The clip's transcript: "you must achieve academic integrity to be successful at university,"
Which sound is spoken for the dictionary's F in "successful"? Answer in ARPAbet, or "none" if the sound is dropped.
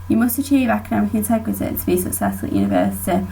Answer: none